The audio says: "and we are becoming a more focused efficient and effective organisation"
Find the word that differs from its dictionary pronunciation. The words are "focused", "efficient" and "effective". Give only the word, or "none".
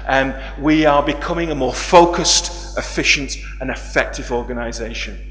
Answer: none